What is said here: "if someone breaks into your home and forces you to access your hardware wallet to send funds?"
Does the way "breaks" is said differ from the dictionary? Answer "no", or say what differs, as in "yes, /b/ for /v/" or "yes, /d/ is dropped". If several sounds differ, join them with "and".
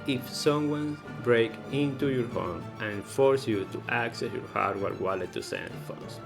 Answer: yes, /s/ is dropped